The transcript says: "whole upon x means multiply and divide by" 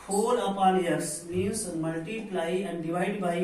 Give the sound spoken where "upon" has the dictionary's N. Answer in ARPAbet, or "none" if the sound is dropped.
L